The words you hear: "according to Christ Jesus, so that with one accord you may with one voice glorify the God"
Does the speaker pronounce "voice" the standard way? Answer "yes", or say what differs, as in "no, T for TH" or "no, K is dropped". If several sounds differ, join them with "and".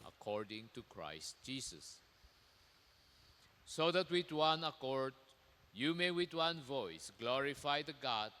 yes